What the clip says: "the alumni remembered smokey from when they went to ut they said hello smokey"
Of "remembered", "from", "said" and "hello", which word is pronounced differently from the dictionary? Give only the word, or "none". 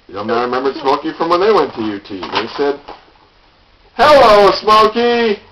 none